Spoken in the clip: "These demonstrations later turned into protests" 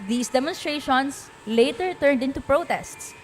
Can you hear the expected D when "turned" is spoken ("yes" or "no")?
yes